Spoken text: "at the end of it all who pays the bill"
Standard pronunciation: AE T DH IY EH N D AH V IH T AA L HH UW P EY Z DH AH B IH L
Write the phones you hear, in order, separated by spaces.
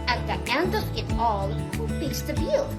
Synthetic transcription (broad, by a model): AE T DH IY EH N D AH V IH T AA L HH UW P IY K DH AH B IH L